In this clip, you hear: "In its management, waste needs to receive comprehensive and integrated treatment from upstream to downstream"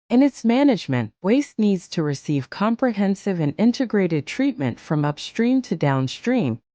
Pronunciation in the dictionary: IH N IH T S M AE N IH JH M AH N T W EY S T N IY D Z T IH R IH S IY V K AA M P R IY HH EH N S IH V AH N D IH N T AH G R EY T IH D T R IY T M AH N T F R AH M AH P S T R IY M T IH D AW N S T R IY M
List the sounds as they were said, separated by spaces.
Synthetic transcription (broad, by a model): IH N IH T S M AE N IH JH M AH N T W EY S T N IY D Z T IH R IH S IY V K AA M P R IY HH EH N S IH V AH N IH N T AH G R EY T IH D T R IY T M AH N T F R AH M AH P S T R IY M T IH D AW N S T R IY M